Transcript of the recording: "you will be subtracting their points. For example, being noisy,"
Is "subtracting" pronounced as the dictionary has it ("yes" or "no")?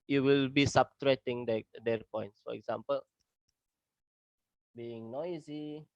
no